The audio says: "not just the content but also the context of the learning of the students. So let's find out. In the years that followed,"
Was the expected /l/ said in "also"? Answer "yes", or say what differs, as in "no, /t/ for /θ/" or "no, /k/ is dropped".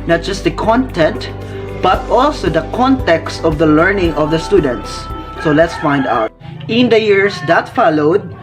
yes